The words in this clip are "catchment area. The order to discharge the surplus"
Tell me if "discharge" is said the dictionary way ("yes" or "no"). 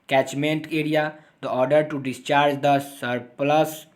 yes